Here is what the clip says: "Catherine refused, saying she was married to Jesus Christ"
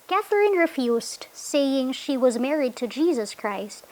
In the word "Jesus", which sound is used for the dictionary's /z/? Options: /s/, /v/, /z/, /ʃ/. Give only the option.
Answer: /z/